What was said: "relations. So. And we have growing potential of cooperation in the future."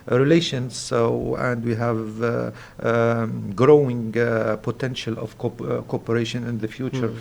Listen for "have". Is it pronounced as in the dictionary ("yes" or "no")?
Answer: yes